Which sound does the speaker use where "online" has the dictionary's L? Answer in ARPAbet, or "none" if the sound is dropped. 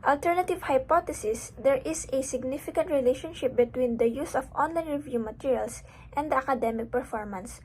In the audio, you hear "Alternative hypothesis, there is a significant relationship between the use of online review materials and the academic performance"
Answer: L